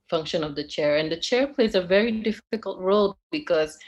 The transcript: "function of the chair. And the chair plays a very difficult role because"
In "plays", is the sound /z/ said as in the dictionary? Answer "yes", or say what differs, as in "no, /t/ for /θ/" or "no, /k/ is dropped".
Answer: yes